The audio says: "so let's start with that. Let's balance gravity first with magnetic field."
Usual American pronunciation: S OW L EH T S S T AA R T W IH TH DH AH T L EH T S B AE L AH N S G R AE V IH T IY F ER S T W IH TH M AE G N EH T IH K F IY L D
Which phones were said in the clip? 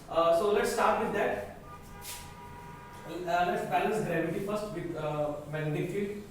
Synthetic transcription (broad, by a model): S OW L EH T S S T AA R T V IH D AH T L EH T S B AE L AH S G R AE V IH T IY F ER S T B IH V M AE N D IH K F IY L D